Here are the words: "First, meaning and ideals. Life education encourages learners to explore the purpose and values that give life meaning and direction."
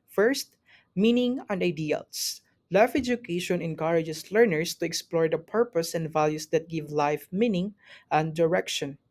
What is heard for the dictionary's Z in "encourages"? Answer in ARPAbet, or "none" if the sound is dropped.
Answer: S